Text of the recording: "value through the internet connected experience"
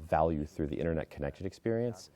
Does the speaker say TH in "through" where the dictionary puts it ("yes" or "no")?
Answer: yes